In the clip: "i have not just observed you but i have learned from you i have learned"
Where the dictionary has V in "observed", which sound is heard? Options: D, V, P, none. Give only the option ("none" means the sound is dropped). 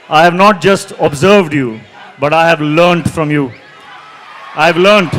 V